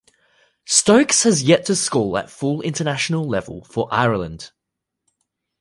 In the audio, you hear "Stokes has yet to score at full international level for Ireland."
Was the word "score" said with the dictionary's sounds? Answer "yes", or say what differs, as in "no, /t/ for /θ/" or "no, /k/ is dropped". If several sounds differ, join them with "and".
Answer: no, /l/ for /ɹ/